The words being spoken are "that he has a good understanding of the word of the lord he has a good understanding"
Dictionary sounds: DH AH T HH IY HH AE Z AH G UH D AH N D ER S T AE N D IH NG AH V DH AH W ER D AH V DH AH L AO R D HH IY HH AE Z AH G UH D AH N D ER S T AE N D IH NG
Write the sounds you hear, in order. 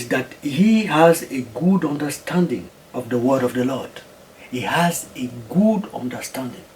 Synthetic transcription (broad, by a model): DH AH T HH IY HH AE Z AH G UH D AH N D ER S T AE N D IH NG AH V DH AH W ER D AH V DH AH L AO R D HH IY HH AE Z AH G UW D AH N D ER S T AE N D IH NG